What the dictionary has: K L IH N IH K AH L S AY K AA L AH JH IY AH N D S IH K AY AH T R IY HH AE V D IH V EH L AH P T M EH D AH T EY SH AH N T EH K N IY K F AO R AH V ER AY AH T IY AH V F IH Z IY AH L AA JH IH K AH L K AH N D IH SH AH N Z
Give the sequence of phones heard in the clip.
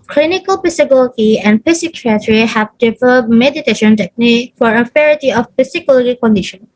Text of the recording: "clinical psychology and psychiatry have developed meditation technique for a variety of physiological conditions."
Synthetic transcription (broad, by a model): K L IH N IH K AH L S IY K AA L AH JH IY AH N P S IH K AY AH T R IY HH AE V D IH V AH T M EH D AH T EY SH AH N T EH K N IY K F AO R AH F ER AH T IY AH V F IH S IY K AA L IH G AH K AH N D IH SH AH N